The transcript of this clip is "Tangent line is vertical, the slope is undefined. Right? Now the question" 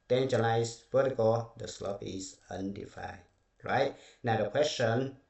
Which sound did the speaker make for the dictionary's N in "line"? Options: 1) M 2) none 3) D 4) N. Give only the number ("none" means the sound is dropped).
2